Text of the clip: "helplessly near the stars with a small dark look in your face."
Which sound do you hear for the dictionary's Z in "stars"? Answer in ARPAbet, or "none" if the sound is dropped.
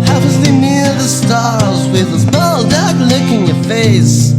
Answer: Z